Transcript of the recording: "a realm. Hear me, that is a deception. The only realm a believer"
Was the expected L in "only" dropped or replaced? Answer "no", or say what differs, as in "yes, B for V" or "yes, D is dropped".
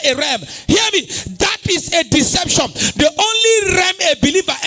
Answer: no